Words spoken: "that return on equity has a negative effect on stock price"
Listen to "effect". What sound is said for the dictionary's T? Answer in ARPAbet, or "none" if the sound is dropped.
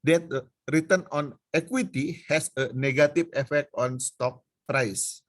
T